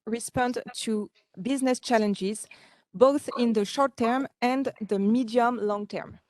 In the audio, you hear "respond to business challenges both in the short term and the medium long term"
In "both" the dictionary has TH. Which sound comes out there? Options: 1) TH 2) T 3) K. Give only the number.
1